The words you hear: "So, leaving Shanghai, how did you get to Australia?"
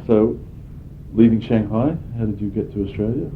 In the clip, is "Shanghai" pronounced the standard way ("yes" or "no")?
yes